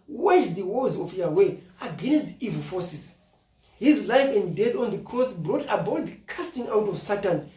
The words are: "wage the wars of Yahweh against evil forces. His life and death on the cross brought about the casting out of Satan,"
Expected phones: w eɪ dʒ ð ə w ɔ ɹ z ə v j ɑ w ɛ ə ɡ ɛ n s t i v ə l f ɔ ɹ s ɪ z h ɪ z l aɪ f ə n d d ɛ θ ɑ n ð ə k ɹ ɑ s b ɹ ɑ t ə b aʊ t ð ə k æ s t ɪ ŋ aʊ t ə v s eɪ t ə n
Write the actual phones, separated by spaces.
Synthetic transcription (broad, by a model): w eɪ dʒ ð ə w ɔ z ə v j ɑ w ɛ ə ɡ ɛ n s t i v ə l f ɔ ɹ s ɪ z h ɪ z l aɪ f ə n d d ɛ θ ɑ n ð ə k ɑ s b ɹ ɑ t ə b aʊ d k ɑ s t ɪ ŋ aʊ t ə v s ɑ t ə n